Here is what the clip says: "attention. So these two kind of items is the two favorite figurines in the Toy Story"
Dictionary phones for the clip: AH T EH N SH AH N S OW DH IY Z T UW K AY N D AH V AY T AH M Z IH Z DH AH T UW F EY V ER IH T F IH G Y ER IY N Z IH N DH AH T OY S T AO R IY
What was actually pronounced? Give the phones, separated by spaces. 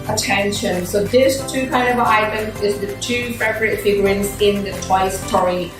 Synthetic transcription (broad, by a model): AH T EH N SH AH N S OW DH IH S T UW K AY N D AH V AY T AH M IH Z DH AH T UW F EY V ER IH T F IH G Y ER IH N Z IH N DH AH T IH S T AO R IY